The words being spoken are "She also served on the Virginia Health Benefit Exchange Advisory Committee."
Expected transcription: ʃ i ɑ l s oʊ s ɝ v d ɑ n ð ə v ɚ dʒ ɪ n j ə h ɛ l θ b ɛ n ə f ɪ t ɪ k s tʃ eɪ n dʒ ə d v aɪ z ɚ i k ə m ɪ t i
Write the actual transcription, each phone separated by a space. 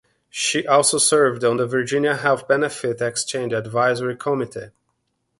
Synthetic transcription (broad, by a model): ʃ i ɑ l s oʊ s ɝ v d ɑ n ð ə v ɚ dʒ ɪ n j ə h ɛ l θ b ɛ n ə f ɪ t ɪ k s tʃ eɪ n dʒ ə d v aɪ z ɚ i k ə m ɪ t i